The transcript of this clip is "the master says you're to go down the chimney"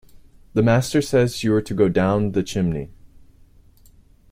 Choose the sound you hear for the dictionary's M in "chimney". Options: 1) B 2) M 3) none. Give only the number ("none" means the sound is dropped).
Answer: 2